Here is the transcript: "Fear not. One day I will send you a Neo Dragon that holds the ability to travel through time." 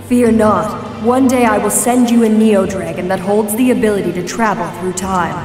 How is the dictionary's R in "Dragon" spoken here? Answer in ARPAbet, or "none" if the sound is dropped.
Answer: R